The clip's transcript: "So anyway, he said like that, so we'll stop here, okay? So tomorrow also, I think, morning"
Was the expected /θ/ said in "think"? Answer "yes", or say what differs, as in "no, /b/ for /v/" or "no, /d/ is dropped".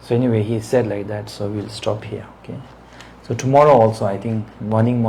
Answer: no, /t/ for /θ/